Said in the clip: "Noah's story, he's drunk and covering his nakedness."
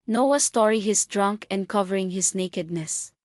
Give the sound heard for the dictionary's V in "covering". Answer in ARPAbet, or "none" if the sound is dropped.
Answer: V